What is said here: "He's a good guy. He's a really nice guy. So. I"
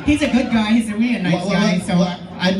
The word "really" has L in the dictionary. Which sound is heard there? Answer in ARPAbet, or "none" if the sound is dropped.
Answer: none